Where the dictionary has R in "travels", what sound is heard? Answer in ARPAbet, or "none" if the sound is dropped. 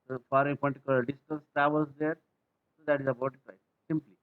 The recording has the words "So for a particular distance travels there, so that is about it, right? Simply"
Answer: none